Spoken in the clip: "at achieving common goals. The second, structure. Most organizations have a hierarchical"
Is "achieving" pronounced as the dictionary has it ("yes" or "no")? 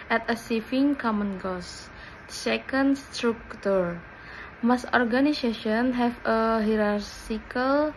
no